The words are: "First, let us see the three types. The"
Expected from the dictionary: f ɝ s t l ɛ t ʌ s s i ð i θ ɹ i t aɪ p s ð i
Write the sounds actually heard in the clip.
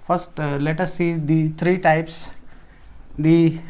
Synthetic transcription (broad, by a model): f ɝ s t l ɛ t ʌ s s i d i t ɹ i t aɪ p s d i